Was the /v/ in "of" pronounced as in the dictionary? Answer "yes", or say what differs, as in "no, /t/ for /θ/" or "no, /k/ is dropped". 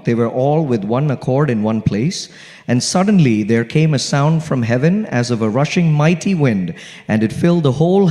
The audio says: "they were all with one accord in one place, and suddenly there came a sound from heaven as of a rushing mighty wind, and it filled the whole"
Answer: yes